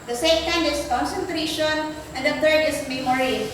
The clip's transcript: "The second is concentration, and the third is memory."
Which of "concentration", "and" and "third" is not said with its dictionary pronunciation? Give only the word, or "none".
third